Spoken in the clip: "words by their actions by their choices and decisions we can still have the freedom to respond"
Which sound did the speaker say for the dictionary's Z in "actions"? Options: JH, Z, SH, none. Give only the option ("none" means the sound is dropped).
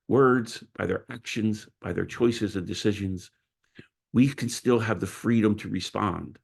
Z